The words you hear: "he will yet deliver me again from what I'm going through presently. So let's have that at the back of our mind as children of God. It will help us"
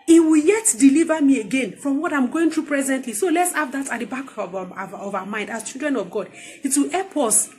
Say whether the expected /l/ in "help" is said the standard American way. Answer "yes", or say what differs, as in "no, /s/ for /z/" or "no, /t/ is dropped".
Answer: no, /l/ is dropped